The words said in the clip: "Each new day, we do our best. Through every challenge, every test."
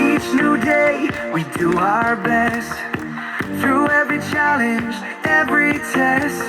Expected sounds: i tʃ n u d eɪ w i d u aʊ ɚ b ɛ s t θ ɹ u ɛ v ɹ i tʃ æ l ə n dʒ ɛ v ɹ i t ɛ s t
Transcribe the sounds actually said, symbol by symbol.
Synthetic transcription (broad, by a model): i tʃ n u d eɪ w i d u aʊ ɚ b ɛ s t θ ɹ u ɛ v ɹ i tʃ æ l ə n dʒ ɛ v ɹ i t ɛ s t